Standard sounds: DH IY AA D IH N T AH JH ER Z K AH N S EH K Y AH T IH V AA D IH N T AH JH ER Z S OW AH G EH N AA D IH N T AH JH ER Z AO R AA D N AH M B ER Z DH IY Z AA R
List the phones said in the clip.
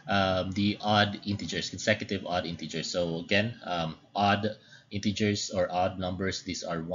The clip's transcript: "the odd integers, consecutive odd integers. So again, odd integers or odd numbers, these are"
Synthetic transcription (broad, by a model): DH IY AA D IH N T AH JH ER S K AH N S EH K Y AH T IH V AA D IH N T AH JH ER S OW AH G EH N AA D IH N T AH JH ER S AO R AA D N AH M B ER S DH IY S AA R